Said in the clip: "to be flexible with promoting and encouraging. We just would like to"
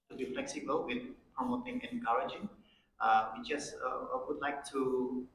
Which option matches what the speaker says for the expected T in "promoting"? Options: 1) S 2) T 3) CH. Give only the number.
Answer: 2